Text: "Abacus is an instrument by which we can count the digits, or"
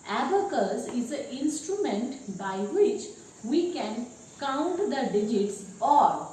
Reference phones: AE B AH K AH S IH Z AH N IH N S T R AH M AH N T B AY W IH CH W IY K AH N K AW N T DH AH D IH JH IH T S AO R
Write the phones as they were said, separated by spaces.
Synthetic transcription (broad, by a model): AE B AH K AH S IH Z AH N IH N S T R AH M AH N T B AY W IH CH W IY K AH N K AW N T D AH D IH JH IH T S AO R